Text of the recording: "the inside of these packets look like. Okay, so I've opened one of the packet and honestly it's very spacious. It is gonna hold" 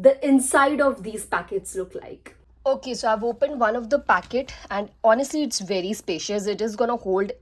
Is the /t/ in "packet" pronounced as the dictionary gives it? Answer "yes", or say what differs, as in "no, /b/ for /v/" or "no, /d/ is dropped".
yes